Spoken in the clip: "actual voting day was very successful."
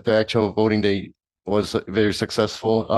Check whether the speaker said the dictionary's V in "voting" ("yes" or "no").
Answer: no